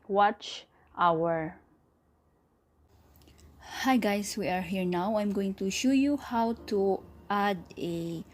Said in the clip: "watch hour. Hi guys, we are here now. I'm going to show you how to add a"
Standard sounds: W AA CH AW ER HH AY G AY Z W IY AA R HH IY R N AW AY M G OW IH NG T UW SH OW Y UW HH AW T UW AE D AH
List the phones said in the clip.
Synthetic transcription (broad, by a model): W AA CH AW ER HH AY G AY S W IY AA R HH IY R N AW AY M G OW IH NG T UW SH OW Y UW HH AW T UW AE D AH